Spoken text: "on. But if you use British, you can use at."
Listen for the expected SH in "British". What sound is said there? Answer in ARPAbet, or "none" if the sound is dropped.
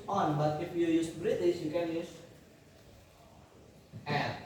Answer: S